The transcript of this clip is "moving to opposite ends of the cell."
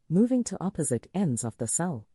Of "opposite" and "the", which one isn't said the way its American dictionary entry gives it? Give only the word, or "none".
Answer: none